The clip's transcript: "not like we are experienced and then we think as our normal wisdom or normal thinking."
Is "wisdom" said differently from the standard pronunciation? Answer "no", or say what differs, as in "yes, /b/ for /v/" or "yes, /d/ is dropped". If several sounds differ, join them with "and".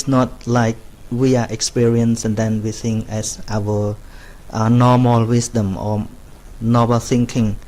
yes, /s/ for /z/